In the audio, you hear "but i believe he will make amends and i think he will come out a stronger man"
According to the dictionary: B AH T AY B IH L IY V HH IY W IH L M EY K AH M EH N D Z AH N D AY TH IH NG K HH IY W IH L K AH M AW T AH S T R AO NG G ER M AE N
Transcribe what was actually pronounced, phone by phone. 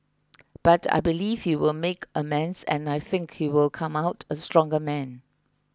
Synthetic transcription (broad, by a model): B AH T AY B IH L IY V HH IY W IH L M EY K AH M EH N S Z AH N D AY TH IH NG K HH IY W IH L K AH M AW T AH S T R AO NG G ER M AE N